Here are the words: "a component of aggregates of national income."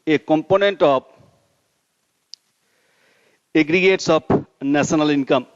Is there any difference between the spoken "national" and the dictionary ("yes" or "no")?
yes